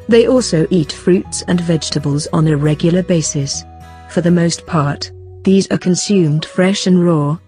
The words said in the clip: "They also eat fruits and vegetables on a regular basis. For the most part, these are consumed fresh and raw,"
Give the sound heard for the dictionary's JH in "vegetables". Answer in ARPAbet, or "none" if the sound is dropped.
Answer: JH